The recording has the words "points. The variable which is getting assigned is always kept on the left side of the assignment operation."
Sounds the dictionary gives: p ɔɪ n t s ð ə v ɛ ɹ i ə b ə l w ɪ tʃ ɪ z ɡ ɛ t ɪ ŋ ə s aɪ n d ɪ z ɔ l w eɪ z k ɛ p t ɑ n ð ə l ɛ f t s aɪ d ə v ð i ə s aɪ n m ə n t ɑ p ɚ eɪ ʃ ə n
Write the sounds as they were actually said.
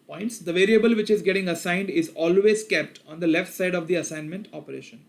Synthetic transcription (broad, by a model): p ɔɪ n t s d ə v ɛ ɹ i ə b ə l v ɪ tʃ ɪ z ɡ ɛ t ɪ ŋ ə s aɪ n d ɪ z ɔ l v eɪ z k ɛ p t ɑ n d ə l ɛ f t s aɪ d ə v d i ə s aɪ n m ə n t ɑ p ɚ eɪ ʃ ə n